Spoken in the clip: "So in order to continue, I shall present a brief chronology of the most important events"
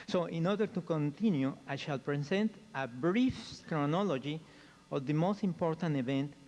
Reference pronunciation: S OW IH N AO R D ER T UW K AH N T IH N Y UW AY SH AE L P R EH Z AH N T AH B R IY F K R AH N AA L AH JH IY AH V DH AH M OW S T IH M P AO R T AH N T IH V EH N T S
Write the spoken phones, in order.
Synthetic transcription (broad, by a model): S OW IH N AO R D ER T UW K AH N T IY N Y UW AY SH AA L P R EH S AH N T AH B R IY F K R AH N AA L AH JH IY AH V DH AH M OW S T IH M P AO R T AH N T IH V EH N T